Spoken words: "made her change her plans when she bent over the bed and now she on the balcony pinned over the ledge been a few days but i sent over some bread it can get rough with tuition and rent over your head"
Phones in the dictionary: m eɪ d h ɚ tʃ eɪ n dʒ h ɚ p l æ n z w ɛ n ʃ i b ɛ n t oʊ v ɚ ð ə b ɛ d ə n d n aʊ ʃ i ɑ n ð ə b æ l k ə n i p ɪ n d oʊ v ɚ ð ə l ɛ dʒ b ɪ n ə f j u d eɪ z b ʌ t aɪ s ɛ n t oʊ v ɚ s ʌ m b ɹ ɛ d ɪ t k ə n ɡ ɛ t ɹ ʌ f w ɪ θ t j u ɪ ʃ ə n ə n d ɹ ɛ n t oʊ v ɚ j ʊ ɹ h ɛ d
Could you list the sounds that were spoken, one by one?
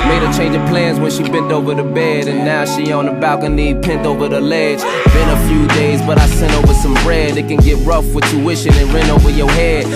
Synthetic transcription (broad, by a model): m eɪ d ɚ tʃ eɪ n dʒ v p l æ n z w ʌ n ʃ i b ɛ n t oʊ v ɚ ð ə b ɛ d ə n n aʊ ʃ i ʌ n ð ə b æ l k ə n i p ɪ n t oʊ v ɚ ð ə l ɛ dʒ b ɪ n ə f j u d eɪ z b ʌ t aɪ s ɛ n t oʊ v ɚ s ʌ m b ɹ ɛ d ɪ t k ə n ɡ ɛ t ɹ ʌ f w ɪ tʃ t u ɪ ʃ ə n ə n ɹ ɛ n oʊ v ɚ j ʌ ɹ h ɛ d